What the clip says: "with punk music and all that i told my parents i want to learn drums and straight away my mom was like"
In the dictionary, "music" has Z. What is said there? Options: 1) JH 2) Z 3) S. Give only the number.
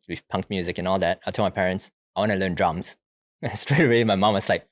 2